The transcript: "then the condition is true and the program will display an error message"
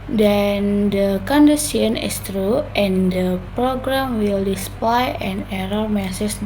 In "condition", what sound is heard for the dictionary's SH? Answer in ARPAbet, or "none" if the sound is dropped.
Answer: S